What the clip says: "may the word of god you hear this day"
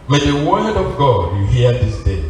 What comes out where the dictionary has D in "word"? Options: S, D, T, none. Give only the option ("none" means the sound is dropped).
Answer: D